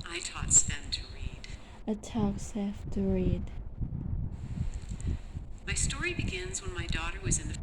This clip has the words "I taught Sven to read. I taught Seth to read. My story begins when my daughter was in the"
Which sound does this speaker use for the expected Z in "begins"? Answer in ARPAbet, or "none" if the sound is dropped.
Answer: Z